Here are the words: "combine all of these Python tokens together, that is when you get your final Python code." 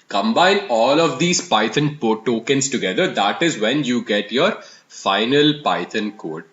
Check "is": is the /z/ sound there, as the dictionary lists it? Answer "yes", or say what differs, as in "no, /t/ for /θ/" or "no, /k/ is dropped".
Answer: yes